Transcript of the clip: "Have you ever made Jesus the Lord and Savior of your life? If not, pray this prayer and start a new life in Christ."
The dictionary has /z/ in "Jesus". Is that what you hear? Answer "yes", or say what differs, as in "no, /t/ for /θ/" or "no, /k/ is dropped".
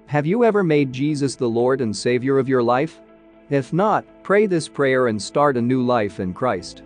yes